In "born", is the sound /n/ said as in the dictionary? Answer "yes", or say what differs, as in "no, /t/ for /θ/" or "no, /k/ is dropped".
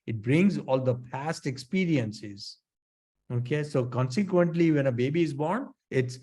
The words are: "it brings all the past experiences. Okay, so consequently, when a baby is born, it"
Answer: yes